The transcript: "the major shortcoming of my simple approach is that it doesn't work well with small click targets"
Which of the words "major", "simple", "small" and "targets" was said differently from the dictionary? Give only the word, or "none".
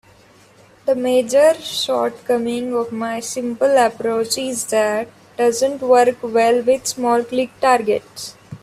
none